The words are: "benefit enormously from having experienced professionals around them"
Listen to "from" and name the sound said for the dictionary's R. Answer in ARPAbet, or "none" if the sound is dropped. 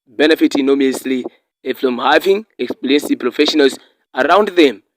L